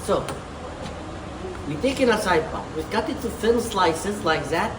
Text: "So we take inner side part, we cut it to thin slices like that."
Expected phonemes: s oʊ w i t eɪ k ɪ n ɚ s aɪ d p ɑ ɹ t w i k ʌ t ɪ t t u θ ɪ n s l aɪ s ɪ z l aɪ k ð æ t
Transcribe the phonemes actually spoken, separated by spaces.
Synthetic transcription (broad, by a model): s oʊ w i t eɪ k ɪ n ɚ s aɪ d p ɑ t w i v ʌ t ɪ t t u f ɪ l s l aɪ s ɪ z l aɪ k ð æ t